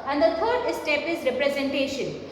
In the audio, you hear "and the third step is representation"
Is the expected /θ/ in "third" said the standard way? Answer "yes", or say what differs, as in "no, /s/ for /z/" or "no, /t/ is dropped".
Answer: no, /t/ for /θ/